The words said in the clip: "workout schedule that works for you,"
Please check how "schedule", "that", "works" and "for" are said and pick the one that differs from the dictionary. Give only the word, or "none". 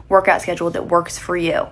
none